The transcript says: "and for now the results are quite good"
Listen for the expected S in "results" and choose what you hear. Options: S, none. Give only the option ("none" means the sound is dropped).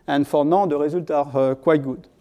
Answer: none